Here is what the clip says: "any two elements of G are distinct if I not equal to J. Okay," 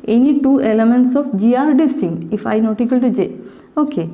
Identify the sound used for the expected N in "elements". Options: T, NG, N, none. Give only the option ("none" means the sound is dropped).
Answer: N